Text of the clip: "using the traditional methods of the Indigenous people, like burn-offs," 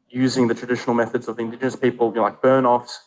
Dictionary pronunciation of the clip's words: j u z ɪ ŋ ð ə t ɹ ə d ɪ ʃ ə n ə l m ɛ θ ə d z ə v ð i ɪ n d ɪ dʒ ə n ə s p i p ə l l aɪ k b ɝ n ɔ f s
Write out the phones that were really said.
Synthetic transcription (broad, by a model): j u z ɪ ŋ ð ə t ɹ ə d ɪ ʃ ə n ə l m ɛ θ ə d z ə v ð i ɪ n d ɪ dʒ ə n ə s p i p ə l l aɪ k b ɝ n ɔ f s